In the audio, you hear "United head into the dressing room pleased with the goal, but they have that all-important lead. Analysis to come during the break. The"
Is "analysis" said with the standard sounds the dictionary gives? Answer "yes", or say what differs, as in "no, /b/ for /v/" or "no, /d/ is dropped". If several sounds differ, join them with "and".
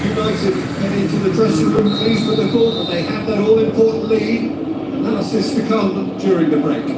no, /l/ is dropped